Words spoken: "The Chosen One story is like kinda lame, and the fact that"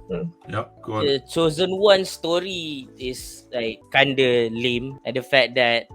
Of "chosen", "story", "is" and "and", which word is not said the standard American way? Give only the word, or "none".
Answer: is